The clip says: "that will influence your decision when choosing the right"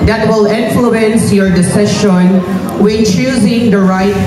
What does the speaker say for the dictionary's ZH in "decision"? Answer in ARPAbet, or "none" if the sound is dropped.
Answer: SH